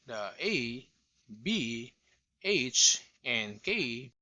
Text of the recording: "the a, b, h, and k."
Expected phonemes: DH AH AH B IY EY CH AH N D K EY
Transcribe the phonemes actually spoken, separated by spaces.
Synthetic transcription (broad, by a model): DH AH AH B IY EY CH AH N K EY